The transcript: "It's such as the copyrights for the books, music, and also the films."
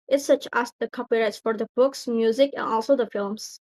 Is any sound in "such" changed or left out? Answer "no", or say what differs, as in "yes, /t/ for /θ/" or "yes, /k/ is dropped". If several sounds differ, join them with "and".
no